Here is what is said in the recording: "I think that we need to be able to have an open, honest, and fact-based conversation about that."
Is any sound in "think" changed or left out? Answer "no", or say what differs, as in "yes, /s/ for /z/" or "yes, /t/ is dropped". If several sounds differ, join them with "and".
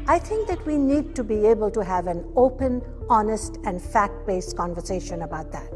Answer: yes, /t/ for /θ/